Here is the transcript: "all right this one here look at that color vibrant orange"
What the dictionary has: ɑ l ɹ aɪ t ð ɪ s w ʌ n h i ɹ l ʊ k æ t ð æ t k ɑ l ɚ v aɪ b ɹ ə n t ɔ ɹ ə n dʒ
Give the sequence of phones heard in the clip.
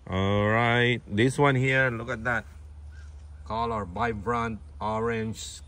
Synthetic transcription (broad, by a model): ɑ l ɹ aɪ t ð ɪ s w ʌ n h i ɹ l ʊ k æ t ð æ t k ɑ l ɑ b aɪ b ɹ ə n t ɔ ɹ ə n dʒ